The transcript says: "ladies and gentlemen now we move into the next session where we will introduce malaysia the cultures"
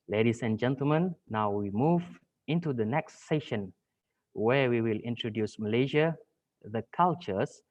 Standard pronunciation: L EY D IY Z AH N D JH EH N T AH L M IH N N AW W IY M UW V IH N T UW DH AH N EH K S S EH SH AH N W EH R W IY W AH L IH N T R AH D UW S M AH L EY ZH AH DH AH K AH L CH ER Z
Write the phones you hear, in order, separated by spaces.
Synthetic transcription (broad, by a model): L EY D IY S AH N JH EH N T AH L M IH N N AW W IY M UW V IH N T UW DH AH N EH K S S EH SH AH N W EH W IY W AH L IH N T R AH D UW S M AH L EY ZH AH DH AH K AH L CH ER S